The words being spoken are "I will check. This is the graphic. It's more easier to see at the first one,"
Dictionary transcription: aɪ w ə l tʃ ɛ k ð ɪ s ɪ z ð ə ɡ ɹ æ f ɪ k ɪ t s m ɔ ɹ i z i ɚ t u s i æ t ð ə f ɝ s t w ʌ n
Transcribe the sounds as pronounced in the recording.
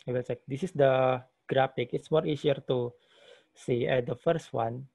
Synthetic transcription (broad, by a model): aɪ w ə l s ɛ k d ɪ s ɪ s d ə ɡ ɹ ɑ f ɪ k ɪ t s m ɔ ɹ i s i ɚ t u s i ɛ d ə f ɝ s t w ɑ n